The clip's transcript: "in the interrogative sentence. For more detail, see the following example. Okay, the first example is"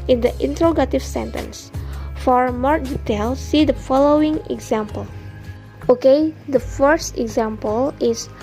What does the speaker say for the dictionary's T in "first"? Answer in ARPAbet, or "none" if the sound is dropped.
T